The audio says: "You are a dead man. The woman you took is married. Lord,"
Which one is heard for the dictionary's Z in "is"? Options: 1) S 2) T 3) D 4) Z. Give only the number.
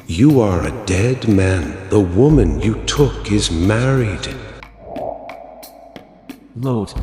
4